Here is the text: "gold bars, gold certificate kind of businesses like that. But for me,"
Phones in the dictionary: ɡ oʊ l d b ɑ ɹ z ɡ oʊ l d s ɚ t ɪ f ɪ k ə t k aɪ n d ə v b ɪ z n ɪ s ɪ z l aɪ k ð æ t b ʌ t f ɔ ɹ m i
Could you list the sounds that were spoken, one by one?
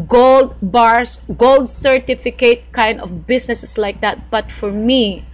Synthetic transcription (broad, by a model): ɡ oʊ l d b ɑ ɹ s ɡ oʊ l d s ɚ t ɪ f ɪ k ə t k aɪ n d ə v b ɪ s n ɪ s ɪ s l aɪ k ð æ t b ʌ t f ɔ ɹ m i